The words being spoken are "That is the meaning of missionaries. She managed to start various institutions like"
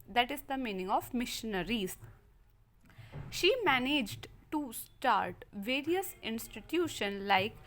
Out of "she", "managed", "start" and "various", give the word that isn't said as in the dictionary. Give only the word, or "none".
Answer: none